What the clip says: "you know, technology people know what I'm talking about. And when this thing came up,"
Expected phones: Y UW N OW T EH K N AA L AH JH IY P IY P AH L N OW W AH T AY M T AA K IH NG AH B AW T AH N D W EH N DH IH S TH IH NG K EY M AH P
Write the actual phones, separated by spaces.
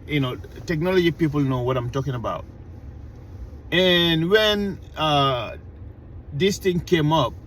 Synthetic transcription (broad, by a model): Y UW N OW T EH K N AA L AH JH IY P IY P AH L N OW W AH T AY M T AA K IH NG AH B AW T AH N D W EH N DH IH S T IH NG K EY M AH P